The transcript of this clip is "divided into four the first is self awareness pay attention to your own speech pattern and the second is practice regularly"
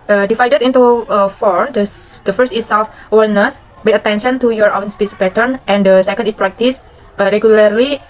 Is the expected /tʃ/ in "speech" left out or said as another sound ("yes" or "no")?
yes